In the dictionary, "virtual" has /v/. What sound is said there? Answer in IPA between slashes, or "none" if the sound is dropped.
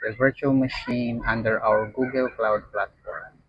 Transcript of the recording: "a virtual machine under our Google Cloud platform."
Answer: /v/